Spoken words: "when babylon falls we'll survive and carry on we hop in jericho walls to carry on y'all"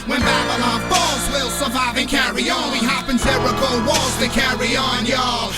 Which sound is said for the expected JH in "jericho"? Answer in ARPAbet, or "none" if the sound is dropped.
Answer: Z